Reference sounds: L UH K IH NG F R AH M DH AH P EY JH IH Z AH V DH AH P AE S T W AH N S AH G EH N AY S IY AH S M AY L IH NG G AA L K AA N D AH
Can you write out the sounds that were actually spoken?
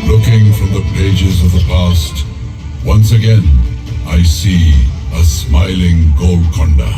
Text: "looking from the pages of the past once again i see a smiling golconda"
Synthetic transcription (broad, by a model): L UH K IH NG F R AH M DH AH P EY JH IH Z AH V DH AH P AE S T W AH N S AH G EH N AY S IY AH S M AY L IH NG G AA L K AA N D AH